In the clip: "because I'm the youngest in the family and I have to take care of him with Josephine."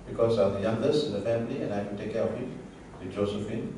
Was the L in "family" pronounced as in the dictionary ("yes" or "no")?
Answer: yes